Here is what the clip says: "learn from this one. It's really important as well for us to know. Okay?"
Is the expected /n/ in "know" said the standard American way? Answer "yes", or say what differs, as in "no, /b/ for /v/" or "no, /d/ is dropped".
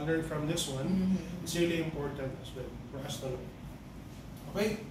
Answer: no, /l/ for /n/